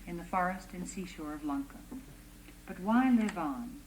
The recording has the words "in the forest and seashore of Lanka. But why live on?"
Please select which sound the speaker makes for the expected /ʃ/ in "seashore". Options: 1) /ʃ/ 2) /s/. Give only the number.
1